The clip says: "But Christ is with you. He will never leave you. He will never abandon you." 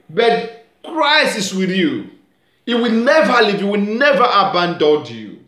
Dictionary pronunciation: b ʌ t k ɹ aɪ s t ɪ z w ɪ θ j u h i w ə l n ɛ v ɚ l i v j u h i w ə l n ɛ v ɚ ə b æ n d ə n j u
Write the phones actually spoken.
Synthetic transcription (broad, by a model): b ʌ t k ɹ aɪ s ɪ s w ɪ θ j u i w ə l n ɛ v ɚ l i v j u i w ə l n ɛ v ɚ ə b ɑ n d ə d j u